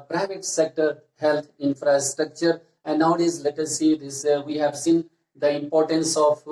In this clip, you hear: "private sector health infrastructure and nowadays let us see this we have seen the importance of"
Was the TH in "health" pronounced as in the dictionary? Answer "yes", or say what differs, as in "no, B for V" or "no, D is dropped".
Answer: no, T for TH